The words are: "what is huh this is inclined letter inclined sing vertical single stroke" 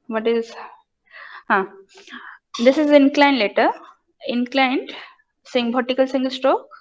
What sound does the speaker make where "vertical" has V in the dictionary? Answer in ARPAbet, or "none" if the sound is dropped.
B